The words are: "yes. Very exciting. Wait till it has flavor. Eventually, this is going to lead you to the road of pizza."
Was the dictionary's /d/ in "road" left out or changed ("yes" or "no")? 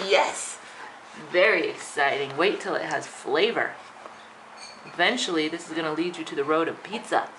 no